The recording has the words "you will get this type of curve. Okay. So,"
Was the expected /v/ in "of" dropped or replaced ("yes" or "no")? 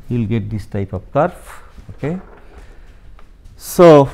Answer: yes